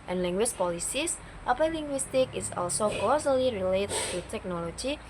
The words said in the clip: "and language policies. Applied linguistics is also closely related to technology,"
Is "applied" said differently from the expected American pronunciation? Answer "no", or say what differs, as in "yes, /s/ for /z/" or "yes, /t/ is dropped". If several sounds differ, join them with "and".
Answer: yes, /l/ is dropped